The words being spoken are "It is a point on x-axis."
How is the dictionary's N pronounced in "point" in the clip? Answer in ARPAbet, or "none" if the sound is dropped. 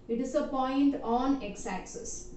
N